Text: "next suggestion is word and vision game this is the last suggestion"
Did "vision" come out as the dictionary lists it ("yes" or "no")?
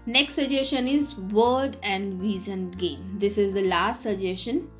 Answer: no